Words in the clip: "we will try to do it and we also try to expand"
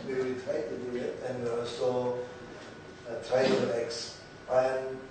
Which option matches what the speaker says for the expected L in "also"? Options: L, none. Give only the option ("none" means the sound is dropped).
none